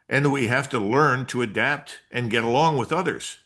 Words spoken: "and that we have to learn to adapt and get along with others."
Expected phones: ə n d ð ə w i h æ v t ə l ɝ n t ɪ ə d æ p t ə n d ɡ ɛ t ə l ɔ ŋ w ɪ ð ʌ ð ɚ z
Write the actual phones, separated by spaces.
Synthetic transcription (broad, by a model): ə n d w i h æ f t ə l ɝ n t ɪ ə d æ p t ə n ɡ ɛ t ə l ɔ ŋ w ɪ ð ʌ ð ɚ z